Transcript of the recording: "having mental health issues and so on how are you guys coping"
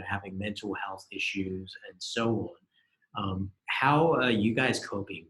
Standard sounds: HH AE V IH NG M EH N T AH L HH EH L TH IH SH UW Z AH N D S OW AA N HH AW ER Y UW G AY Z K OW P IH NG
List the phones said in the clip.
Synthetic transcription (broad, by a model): HH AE V IH NG M EH N T L HH EH L TH IH SH UW Z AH N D S OW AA N HH AW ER Y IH G AY Z K OW P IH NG